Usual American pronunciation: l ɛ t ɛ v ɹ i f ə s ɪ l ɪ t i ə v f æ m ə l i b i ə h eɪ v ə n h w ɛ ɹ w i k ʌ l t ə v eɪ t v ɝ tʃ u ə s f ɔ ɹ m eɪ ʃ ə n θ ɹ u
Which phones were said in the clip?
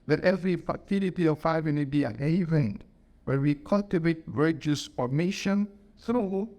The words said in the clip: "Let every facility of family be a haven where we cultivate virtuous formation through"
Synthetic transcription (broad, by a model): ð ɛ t ɛ v ɹ i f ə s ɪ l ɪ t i ə v f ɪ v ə n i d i ə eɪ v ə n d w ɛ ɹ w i k ʌ l t ə v eɪ t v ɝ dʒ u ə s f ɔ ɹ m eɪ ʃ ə n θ ɹ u